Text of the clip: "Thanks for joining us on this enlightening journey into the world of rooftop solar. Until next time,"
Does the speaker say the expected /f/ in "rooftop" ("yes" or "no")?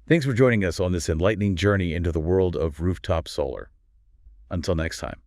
yes